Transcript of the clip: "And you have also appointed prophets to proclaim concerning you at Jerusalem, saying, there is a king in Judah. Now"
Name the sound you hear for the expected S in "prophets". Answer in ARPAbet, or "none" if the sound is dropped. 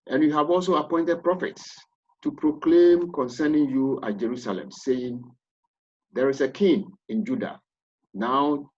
S